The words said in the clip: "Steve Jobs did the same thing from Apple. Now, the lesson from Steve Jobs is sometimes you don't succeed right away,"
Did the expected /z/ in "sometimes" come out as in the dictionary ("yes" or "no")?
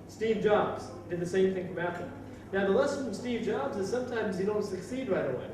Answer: yes